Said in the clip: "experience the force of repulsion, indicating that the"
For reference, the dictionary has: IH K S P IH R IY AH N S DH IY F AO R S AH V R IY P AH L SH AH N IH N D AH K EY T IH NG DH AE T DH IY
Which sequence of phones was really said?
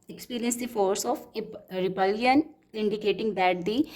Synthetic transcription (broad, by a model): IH K S P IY R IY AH N S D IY F AO R S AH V R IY B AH L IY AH N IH N D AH K EY T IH NG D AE T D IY